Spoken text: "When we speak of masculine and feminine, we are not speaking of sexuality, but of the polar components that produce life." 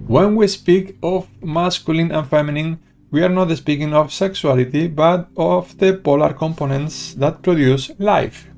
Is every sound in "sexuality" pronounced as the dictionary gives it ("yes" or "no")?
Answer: no